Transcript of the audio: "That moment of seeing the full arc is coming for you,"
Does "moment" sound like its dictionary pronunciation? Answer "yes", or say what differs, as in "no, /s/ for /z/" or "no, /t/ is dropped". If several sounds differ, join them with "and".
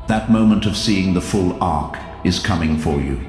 yes